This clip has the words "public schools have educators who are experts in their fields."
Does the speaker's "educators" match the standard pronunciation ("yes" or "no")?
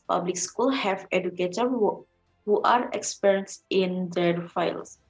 no